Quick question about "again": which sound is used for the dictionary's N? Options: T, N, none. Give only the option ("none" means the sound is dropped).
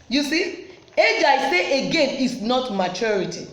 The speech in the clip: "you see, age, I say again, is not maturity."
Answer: N